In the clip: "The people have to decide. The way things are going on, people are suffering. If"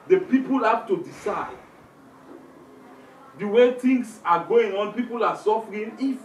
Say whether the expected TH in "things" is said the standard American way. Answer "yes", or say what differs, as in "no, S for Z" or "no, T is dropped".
no, T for TH